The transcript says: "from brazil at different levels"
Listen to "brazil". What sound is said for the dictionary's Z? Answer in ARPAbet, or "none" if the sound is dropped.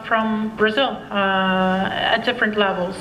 Z